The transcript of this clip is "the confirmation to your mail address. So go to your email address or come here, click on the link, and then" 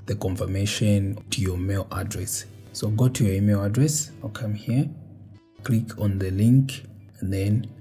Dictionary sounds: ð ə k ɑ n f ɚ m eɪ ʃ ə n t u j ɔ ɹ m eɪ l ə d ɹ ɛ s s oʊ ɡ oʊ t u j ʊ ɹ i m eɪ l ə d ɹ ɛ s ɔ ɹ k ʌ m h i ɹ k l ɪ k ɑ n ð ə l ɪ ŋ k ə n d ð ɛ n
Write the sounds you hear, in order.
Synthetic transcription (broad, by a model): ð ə k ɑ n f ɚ m eɪ ʃ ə n t u j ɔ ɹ m eɪ l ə d ɹ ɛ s s oʊ ɡ oʊ t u j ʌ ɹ i m eɪ l ə d ɹ ɛ s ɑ l k ʌ m h i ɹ k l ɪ k ɑ n ð ə l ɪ ŋ k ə n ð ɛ n